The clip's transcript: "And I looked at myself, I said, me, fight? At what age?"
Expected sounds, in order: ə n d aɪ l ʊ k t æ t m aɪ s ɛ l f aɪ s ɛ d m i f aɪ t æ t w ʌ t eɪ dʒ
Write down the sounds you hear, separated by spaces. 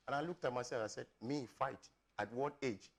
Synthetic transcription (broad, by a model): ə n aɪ l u k t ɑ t m aɪ s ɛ f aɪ s ɛ d m i f aɪ t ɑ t w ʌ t eɪ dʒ